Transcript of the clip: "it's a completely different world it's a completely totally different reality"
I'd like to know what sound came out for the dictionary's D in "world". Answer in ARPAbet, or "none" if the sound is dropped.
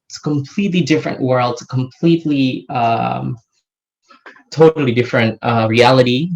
D